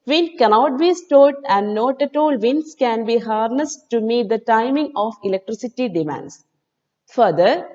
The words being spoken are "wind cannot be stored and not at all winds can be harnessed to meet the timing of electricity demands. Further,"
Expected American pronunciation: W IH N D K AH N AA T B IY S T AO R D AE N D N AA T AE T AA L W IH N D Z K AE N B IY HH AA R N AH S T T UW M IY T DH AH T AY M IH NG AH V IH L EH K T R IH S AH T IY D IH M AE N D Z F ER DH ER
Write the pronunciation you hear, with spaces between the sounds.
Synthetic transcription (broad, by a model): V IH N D K AH N AA T B IY S T AO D AE N D N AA T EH T AA L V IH N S K AE N B IY HH AA R N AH S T T UW M IY T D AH T AY M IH NG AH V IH L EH K T R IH S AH T IY D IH M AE N D S F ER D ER